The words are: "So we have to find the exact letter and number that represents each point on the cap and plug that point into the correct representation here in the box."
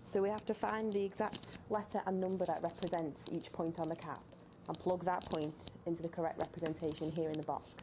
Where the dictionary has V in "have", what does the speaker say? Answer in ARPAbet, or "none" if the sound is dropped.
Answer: F